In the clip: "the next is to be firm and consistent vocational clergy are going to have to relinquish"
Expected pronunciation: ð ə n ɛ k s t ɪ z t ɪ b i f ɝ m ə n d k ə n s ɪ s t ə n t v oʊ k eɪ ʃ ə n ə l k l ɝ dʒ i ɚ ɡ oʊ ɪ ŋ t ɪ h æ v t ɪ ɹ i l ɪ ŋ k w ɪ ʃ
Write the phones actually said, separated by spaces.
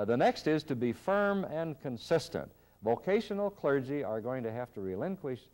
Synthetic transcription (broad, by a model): ð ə n ɛ k s t ɪ z t ɪ b i f ɝ m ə n k ə n s ɪ s t ə n t v oʊ k eɪ ʃ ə n l k l ɝ dʒ i ɚ ɡ oʊ ɪ ŋ t ɪ h æ f t ɪ ɹ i l ɪ ŋ k w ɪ ʃ